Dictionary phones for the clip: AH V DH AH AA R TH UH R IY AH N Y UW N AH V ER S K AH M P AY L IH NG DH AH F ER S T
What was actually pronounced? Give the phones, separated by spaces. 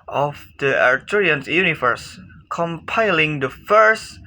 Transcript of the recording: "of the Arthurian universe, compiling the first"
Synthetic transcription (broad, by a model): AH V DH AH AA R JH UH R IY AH N Y UW N AH V ER S K AH M P AY L IH NG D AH F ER S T